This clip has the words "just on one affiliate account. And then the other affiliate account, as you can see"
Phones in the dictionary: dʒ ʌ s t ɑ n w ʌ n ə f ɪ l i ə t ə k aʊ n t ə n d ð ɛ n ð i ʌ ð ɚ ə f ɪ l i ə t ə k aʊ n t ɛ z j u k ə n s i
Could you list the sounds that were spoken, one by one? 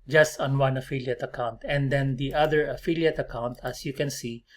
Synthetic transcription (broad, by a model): dʒ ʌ s t ɑ n w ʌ n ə f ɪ l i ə t ə k aʊ n t ə n d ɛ n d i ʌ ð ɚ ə f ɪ l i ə t ə k aʊ n t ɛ s j u k ə n s i